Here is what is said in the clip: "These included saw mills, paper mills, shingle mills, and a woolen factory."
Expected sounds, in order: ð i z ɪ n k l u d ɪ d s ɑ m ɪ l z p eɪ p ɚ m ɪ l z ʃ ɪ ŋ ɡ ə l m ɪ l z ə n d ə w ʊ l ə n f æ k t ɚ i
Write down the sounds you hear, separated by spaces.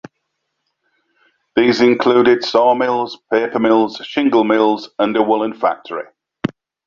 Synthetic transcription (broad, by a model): ð i z ɪ n k l u d ɪ d s ɑ m ɪ l z p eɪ p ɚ m ɪ l z ʃ ɪ ŋ ɡ ə l m ɪ l z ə n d ə w ʊ l ə n f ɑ k t ɚ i